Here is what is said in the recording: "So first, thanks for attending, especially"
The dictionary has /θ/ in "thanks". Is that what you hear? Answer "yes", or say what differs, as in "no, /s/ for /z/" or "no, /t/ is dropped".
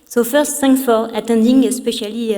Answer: no, /s/ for /θ/